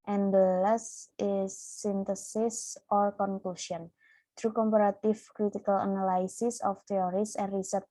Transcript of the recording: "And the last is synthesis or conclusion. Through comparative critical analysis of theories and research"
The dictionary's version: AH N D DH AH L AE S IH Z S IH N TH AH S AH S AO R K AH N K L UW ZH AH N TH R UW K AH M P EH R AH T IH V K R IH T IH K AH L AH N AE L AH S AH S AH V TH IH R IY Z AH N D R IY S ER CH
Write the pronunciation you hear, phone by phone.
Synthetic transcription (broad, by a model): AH N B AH L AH S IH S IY N T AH S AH S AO L K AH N K L UW S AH N T R UW K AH M P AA R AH T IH F K R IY T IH K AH L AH N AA L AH S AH S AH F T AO R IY S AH N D R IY S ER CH